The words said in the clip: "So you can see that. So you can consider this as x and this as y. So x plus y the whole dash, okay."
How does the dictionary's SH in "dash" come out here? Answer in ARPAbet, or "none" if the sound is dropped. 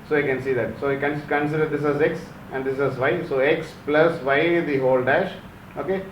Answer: SH